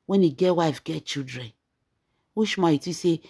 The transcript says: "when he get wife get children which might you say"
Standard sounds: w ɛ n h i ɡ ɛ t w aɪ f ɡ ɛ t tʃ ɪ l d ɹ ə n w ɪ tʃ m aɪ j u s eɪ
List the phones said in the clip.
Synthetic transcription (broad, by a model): w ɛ n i ɡ ɛ t w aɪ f ɡ ɛ t tʃ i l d ɹ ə n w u ʃ m aɪ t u s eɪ